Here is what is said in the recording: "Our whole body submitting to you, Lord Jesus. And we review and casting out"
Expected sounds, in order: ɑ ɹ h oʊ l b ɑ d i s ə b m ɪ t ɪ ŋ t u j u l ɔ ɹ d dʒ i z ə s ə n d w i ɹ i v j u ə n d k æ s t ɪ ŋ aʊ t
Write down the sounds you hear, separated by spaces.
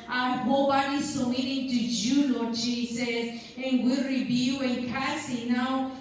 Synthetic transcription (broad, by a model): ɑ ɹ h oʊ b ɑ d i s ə m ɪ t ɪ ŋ t u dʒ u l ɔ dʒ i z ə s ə n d w i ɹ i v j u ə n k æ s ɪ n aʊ